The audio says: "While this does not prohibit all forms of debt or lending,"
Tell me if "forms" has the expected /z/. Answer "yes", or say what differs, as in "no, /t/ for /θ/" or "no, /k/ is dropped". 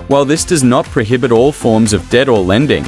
yes